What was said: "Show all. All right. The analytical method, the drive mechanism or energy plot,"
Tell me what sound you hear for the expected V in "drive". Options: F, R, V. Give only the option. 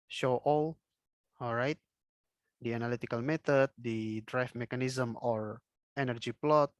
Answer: F